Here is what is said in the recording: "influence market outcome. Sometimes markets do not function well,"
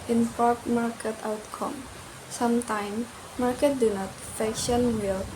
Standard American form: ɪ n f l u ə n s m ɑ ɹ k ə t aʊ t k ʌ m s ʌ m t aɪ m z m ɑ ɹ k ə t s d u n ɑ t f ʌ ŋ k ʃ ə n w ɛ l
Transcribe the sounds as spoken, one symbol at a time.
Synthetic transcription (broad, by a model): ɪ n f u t m ɑ ɹ k ə t aʊ t k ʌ m s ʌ m t aɪ m m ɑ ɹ k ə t d u n ɑ t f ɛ k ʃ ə n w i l